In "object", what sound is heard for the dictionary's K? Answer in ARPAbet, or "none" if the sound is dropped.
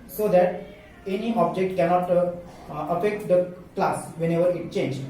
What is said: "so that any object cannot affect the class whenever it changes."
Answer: K